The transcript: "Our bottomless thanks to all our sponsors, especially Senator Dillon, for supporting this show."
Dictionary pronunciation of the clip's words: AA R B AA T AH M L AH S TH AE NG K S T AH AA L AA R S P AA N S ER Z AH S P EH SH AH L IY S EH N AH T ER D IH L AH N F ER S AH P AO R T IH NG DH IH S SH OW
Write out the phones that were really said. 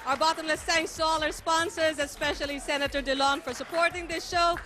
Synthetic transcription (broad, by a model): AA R B AA T AH M L AH S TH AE NG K S T AH AA L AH R S P AA N S ER Z AH S P EH SH AH L IY S EH N AH T ER D IH L AH N F ER S AH P AO R T IH NG DH IH S SH OW